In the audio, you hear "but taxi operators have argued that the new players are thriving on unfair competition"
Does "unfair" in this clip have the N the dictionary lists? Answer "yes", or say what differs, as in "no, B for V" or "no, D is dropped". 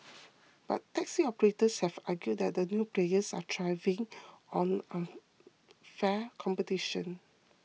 no, N is dropped